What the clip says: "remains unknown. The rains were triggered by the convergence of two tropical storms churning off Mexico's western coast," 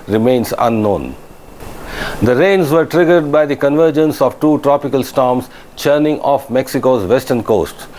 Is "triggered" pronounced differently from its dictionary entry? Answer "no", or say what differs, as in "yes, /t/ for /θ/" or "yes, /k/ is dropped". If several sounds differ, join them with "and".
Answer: no